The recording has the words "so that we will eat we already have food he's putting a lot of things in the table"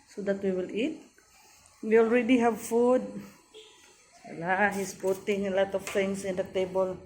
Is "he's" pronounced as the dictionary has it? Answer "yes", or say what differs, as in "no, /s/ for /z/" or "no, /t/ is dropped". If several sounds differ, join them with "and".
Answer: no, /s/ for /z/